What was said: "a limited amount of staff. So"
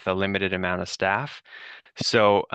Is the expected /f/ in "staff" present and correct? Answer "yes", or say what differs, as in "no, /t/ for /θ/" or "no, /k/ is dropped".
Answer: yes